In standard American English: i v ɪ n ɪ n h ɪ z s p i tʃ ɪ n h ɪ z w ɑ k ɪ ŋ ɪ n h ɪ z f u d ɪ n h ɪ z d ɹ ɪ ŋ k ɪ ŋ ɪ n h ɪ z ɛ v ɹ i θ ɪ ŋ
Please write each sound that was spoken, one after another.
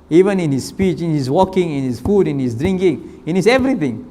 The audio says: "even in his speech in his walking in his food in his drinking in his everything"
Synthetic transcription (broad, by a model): i v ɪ n ɪ n h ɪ s p i tʃ ɪ n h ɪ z w ɑ k ɪ ŋ ɪ n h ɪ s f u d ɪ n h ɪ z d ɹ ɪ ŋ k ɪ ŋ ɪ n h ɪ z ɛ v ɹ i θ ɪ ŋ